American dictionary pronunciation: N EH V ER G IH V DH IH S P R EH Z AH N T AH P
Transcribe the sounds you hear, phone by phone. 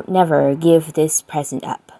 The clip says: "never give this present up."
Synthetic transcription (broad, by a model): N EH V ER G IH V DH IH S P R EH Z AH N T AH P